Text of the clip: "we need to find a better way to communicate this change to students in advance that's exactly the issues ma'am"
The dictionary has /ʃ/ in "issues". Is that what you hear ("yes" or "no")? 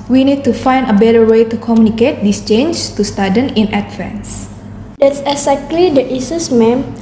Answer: no